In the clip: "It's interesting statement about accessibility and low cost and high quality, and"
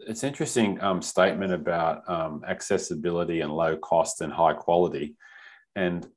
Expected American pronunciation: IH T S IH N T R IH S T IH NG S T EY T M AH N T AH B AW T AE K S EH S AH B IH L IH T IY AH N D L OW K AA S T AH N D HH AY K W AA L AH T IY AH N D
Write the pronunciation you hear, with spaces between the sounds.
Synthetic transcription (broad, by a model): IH T S IH N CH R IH S T IH NG S T EY T M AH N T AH B AW T AE K S EH S AH B IH L IH T IY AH N L OW K AA S T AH N HH AY K W AA L AH T IY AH N